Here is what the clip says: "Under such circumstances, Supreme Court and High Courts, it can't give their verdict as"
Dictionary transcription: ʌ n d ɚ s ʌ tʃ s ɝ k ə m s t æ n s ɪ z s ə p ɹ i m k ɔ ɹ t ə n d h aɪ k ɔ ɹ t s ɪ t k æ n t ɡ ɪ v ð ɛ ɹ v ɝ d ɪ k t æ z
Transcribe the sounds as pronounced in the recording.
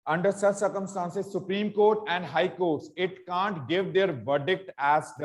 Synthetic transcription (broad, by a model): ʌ n d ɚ s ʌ s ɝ k ə m s t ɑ n s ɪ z s ə p ɹ i m k ɔ ɹ t ə n d h aɪ k ɔ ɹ t s ɪ t k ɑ n t ɡ ɪ v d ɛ ɹ v ɝ d ɪ k t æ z